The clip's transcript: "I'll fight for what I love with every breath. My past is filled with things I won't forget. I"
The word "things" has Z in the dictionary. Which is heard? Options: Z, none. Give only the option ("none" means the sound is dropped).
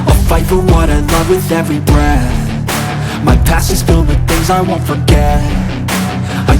Z